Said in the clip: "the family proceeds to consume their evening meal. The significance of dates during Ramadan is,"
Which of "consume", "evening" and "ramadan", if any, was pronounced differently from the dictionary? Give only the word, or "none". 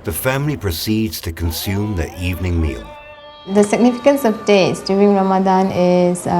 none